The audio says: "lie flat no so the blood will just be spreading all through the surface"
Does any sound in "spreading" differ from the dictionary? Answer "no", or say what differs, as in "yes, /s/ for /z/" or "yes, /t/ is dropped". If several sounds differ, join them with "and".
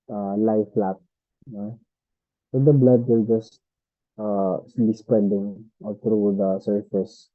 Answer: yes, /ɹ/ is dropped